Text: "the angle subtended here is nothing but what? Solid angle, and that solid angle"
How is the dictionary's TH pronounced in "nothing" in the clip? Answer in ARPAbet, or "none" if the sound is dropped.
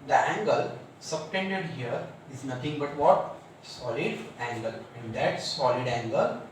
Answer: T